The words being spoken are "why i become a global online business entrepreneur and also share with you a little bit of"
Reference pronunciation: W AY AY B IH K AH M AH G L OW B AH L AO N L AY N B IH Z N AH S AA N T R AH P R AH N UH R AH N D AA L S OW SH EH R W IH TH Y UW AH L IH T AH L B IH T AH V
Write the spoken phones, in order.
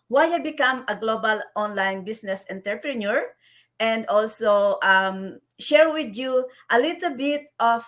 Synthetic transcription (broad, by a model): W AY AY B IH K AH M AH G L OW B AH L AO N L AY N B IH S N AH S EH N T R P R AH N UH R AH N D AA L S OW SH EH R W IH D Y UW AH L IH T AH L B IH T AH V